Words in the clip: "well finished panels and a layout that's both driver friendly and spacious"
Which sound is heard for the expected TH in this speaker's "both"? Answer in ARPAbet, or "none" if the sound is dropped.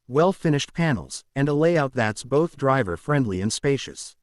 TH